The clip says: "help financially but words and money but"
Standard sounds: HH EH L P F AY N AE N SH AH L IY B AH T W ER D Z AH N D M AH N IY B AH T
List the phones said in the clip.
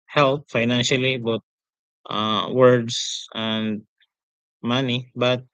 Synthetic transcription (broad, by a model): HH EH L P F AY N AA N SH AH L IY B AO T W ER D S AH N D M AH N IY B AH T